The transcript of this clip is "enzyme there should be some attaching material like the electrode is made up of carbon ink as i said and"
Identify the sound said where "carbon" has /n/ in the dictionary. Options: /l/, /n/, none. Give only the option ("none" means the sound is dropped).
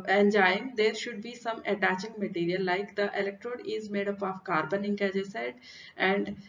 /n/